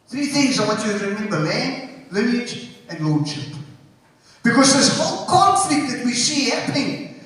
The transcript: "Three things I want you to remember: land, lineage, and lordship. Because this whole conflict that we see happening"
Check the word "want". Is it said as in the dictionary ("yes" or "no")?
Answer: no